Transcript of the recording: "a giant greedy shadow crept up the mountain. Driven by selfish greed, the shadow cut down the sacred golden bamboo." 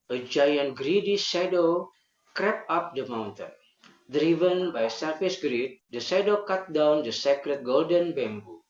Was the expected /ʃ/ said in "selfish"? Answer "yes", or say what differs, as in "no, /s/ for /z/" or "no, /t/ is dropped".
no, /s/ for /ʃ/